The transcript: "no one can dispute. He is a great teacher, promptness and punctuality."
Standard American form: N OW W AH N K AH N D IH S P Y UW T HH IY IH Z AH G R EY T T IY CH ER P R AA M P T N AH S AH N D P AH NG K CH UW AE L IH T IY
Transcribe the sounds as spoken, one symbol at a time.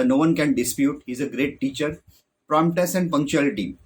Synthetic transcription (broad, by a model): N OW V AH N K AH N D IH S P Y UW T HH IY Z AH G R EY T T IY CH ER P R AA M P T AH S AH N D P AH NG K CH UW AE L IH T IY